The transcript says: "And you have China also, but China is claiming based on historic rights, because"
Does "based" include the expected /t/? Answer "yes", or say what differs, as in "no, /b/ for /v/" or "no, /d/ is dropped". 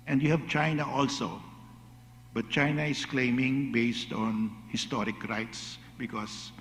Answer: yes